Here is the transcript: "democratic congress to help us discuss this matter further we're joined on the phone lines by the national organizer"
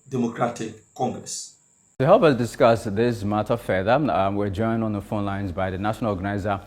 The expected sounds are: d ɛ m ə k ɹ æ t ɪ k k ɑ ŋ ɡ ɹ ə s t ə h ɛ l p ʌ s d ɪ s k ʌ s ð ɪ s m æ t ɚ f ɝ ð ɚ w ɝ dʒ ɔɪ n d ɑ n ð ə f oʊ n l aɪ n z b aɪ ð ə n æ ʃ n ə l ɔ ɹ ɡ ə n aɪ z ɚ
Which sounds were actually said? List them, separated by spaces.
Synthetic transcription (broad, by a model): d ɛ m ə k ɹ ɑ t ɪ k k ɑ ŋ ɡ ɹ ə s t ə h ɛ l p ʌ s d ɪ s k ʌ s ð ɪ s m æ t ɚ f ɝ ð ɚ w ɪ dʒ ɔɪ n d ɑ n ð ə f oʊ n l aɪ n z b aɪ ð ə n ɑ ʃ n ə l ɔ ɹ ɡ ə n aɪ z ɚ